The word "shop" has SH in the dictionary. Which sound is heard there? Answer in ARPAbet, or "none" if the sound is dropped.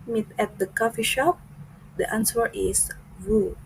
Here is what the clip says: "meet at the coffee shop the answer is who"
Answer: SH